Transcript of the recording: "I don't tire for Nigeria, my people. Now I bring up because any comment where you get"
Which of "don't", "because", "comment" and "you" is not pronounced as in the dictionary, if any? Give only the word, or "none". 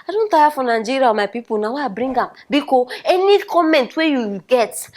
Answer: because